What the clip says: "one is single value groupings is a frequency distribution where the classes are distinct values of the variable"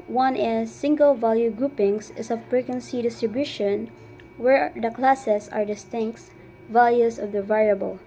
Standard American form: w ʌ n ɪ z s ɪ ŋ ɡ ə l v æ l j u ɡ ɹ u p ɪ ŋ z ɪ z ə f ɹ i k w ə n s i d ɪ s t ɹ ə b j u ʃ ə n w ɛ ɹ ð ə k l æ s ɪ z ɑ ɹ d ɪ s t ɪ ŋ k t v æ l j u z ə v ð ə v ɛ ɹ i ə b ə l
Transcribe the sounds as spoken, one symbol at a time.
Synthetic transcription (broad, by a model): w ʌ n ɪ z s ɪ ŋ ɡ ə l v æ l j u ɡ ɹ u p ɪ ŋ s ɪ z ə p ɹ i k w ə n s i d ɪ s t ɹ ə b j u ʃ ə n w ɛ ɹ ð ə k l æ s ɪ s ɑ ɹ d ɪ s t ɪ ŋ k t v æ l j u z ə v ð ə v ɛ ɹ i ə b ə l